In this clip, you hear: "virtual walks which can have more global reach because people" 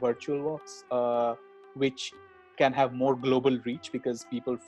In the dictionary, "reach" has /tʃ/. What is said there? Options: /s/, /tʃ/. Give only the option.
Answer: /tʃ/